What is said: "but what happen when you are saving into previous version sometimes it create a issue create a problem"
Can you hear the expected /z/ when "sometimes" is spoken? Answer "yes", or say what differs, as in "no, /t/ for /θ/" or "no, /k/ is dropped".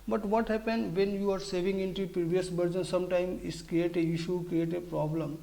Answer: no, /z/ is dropped